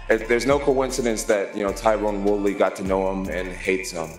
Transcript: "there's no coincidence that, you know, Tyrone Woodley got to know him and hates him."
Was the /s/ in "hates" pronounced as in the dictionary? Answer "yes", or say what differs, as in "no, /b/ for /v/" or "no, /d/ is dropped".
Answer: yes